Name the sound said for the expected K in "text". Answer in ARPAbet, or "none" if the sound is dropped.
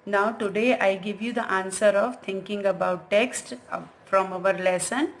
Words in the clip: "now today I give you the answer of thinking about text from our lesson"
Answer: K